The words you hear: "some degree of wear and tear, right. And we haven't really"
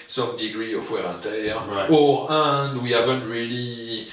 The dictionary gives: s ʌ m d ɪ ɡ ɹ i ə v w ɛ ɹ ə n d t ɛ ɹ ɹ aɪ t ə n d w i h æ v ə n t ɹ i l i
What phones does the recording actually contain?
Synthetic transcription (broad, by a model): s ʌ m d ɪ ɡ ɹ i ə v w ɛ ɹ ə n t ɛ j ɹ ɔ ə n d w i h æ v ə n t ɹ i l i